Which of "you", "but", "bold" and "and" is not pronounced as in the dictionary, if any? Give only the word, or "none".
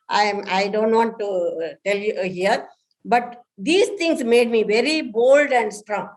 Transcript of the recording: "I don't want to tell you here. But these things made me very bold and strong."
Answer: none